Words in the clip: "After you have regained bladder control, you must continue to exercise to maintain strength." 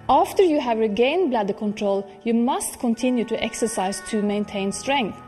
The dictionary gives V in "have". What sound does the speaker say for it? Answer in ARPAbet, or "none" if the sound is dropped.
V